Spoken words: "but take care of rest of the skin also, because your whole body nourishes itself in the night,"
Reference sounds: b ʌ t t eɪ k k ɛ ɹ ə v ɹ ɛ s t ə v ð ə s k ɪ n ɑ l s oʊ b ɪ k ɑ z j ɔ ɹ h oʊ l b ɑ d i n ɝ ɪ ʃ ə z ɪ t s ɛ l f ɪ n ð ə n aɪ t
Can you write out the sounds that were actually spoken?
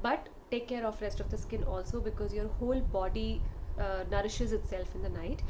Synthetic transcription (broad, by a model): b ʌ t t eɪ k k ɛ ɹ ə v ɹ ɛ s t ə v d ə s k ɪ n ɑ l s oʊ b ɪ k ɑ z j ɔ ɹ h oʊ l b ɑ d i n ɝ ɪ ʃ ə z ɪ t s ɛ l f ɪ n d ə n aɪ t